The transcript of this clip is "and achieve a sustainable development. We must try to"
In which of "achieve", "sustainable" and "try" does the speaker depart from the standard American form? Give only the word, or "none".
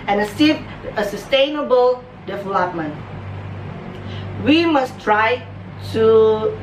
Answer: achieve